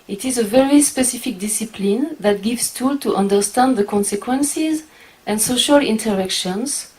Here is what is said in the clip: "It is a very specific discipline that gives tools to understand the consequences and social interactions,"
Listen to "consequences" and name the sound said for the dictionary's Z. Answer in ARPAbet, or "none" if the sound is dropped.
Z